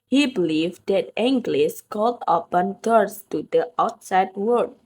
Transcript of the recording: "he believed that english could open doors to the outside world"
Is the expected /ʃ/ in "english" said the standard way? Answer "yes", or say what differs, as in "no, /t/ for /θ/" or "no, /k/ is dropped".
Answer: no, /s/ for /ʃ/